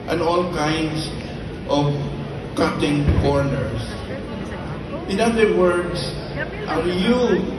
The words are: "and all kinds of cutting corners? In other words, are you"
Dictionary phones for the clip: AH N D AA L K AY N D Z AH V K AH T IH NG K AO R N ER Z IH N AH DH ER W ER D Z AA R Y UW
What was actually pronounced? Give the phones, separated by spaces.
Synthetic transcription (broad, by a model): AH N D AA L K AY N D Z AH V K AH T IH NG K AO R N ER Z IH N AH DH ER W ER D S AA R Y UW